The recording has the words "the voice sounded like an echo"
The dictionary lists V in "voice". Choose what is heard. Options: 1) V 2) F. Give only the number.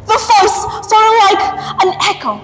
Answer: 2